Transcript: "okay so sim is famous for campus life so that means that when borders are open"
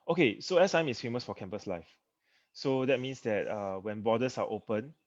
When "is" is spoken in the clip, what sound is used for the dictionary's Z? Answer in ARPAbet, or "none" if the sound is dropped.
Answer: S